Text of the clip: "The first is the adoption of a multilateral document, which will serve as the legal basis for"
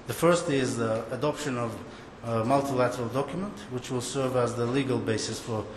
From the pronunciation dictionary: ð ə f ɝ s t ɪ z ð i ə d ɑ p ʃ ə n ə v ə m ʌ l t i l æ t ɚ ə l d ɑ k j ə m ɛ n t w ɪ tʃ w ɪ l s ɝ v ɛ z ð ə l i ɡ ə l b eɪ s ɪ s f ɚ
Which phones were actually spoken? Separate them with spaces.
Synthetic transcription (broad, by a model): ð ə f ɝ s t ɪ z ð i ə d ɑ p ʃ ə n ə v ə m ʌ l t i l æ t ɚ ə l d ɑ k j ə m ɛ n t w ɪ tʃ w ɪ l s ɝ v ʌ z ð ə l i ɡ ə l b eɪ s ɪ s f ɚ